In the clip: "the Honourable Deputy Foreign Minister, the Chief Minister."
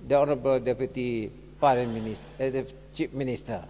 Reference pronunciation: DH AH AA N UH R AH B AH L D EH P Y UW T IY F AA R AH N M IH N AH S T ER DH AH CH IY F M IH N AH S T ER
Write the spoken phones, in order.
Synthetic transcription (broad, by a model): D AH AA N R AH B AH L D EH P Y UW T IY P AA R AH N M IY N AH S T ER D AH CH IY P M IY N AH S T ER